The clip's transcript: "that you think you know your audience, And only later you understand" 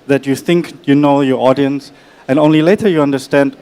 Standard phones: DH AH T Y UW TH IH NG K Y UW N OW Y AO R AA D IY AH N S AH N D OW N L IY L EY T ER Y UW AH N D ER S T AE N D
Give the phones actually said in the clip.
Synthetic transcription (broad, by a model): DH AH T Y UW TH IH NG K Y UW N OW Y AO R AA D IY AH N S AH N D OW N L IY L EY T ER Y UW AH N D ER S T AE N D